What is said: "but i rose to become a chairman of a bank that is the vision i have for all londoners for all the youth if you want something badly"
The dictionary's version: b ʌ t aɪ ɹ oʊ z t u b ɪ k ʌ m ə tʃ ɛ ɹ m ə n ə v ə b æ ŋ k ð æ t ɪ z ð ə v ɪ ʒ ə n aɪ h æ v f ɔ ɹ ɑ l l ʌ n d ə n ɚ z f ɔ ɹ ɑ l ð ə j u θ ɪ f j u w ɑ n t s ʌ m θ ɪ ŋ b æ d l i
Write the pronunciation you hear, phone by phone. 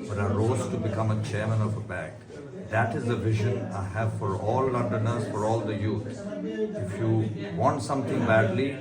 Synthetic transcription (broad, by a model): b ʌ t aɪ ɹ oʊ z t u b ɪ k ʌ m ə tʃ ɛ ɹ m ə n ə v ə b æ k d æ t ɪ z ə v ɪ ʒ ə n aɪ h æ v f ɔ ɹ ɑ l l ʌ n d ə n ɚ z f ɔ ɹ ɑ l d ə j u t ɪ f j u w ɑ n t s ʌ m t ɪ ŋ b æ d l i